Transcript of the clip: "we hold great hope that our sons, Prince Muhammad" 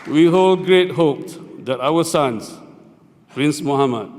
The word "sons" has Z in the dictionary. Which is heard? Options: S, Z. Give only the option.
S